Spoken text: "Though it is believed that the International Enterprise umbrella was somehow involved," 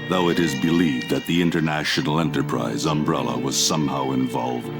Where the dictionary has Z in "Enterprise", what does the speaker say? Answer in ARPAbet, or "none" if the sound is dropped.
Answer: Z